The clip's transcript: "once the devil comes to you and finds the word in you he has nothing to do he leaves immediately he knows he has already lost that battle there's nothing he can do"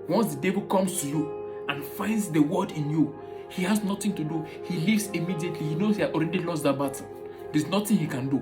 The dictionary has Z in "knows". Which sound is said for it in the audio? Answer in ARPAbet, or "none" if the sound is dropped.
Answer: none